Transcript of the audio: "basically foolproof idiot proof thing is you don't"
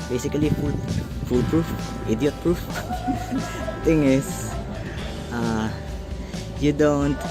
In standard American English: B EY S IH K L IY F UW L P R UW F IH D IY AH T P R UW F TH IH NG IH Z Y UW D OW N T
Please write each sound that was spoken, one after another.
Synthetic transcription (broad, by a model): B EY S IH K L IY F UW L P R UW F IH D IY AH T P R UW F T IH NG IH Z Y UW D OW N T